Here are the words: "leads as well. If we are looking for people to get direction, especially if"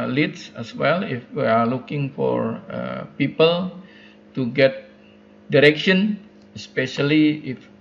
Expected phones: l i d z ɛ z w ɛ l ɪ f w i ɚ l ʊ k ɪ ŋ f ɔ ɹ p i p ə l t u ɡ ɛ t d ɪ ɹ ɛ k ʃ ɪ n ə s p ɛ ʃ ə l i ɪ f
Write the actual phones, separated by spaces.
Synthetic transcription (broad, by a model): l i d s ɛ s w ɛ l ɪ f w i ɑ l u k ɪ ŋ f ɔ ɹ p i p ə l t u ɡ ɛ t d ɪ ɹ ɛ k ʃ ɪ n ə s p ɛ ʃ ə l i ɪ f